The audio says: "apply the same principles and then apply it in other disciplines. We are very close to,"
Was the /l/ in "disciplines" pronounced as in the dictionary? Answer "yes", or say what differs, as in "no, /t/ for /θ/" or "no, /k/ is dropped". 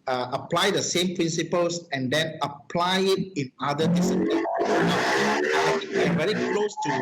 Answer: no, /n/ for /l/